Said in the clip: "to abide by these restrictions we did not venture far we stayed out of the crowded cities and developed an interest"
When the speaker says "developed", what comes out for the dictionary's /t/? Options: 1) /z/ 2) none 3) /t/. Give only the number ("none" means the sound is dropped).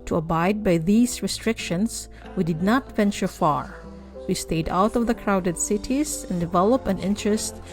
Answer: 2